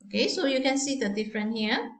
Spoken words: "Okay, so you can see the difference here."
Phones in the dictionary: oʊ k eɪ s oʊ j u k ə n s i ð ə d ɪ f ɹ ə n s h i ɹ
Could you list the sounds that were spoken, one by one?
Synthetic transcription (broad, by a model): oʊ k eɪ s oʊ j u k ə n s i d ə d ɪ f ɹ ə n h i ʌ